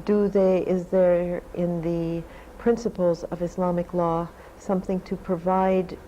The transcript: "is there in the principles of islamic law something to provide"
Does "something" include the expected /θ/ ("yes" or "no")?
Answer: yes